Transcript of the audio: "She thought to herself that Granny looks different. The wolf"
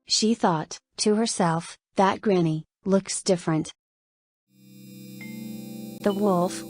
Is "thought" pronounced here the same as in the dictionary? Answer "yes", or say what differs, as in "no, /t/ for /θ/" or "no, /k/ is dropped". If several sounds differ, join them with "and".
yes